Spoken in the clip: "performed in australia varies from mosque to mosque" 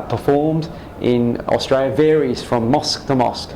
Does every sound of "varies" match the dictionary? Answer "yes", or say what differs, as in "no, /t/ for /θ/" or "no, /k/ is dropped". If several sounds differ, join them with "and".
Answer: yes